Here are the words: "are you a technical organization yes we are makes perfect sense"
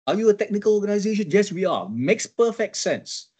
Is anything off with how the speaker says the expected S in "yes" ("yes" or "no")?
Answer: no